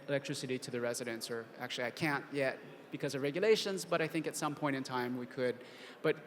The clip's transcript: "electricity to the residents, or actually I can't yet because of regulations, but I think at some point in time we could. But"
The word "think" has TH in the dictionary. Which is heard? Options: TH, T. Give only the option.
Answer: TH